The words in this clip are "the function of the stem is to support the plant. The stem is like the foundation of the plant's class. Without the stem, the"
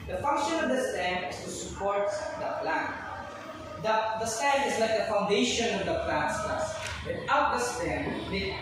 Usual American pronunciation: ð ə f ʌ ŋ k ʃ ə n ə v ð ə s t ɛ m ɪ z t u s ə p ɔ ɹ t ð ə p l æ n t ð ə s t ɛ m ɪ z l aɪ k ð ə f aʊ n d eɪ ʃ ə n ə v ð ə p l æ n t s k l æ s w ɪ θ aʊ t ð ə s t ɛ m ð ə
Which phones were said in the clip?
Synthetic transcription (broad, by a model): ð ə f ʌ ŋ k ʃ ə n ə v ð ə s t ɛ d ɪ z t u s ə p ɔ ɹ t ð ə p l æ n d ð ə s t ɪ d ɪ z l aɪ k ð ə f aʊ n d eɪ ʃ ə n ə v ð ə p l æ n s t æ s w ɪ t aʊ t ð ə s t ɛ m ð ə